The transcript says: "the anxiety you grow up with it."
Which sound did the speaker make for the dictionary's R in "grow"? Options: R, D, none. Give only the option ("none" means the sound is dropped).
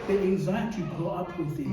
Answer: none